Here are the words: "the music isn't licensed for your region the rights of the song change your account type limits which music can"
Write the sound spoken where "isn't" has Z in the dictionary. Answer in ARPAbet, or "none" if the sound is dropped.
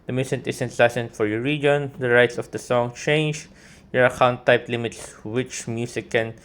S